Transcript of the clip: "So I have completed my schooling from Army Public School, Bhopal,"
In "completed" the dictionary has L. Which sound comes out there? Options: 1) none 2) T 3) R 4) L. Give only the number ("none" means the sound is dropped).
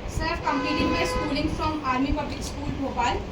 1